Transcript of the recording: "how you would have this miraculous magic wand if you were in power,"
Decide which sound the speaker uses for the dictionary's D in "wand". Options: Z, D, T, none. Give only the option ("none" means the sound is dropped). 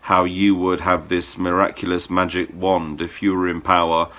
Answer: D